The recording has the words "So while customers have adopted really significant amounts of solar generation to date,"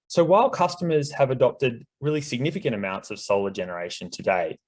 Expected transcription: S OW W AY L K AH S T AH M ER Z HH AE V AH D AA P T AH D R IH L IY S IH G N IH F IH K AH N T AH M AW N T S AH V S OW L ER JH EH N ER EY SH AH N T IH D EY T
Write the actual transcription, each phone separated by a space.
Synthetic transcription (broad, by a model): S OW W AY L K AH S T AH M ER Z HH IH V AH D AA P T AH D R IH L IY S IH G N IH F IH K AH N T AH M AW N T S AH V S OW L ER JH EH N ER EY SH AH N T IH D EY